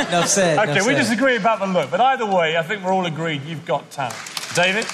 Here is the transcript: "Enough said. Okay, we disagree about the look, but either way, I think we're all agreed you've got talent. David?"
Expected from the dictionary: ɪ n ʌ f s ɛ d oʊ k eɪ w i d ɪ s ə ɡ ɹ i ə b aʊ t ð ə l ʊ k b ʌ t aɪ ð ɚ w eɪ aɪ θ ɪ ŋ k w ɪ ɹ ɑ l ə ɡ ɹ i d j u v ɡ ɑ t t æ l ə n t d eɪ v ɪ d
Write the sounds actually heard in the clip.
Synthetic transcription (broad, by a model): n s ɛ oʊ k eɪ w i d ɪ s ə ɡ ɹ i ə b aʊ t ð ə l ʊ k b ʌ t aɪ ð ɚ w eɪ aɪ θ ɪ ŋ k w ɪ ɹ ɑ l ə ɡ ɹ i d j u v ɡ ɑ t t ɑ ə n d eɪ v ɪ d